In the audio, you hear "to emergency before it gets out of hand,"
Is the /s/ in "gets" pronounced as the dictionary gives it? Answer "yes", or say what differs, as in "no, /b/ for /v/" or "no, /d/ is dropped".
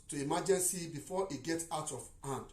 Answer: no, /s/ is dropped